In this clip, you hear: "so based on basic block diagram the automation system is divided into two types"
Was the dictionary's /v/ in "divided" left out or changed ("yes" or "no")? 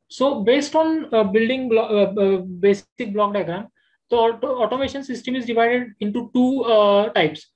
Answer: no